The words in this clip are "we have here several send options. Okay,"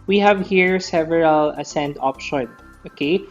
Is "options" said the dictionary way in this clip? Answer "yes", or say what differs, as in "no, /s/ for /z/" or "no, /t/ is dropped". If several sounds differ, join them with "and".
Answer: no, /z/ is dropped